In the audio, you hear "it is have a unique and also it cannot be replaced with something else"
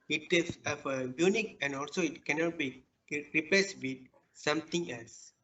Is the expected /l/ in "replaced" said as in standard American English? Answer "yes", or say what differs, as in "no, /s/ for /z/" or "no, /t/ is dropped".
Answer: no, /l/ is dropped